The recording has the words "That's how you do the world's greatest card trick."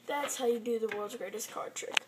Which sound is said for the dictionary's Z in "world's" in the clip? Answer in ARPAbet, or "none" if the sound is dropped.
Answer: Z